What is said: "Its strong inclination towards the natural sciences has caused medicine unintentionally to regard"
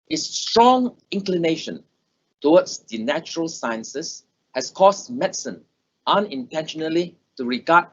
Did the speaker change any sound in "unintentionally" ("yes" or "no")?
no